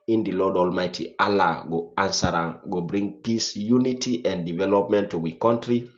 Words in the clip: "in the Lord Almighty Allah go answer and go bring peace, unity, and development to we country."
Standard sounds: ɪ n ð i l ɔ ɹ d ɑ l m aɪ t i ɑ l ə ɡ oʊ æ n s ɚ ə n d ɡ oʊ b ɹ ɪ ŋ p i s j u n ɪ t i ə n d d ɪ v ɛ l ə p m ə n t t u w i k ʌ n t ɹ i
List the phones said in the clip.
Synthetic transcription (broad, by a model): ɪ n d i l ɔ d ɑ l m aɪ t i ɑ l ə ɡ oʊ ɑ n s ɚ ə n ɡ oʊ b ɹ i ŋ p i s j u n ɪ t i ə n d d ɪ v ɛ l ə p m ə n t t u w i k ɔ n t ɹ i